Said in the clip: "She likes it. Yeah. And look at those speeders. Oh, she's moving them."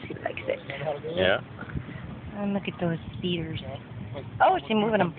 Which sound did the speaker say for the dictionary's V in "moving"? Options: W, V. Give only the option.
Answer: W